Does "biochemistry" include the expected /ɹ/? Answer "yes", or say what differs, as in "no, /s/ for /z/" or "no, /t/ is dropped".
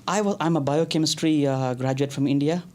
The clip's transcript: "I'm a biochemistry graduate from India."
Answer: yes